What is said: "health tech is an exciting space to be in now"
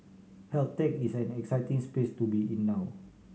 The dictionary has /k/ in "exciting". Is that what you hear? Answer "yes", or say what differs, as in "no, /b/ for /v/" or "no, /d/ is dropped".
yes